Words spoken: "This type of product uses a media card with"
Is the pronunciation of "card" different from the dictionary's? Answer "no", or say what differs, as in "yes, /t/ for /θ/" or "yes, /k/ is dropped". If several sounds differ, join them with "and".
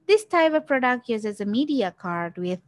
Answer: no